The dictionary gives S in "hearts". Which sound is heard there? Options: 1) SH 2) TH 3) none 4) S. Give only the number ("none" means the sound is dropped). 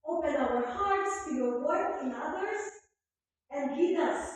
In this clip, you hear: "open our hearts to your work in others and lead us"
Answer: 4